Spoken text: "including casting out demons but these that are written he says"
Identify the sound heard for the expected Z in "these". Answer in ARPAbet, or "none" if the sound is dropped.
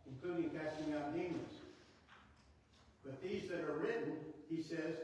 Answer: Z